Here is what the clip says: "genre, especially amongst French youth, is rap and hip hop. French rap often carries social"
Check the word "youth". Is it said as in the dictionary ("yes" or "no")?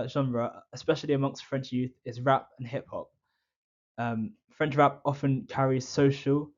yes